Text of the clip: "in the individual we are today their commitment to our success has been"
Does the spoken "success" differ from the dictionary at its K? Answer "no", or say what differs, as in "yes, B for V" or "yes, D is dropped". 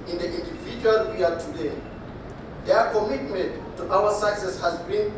yes, K is dropped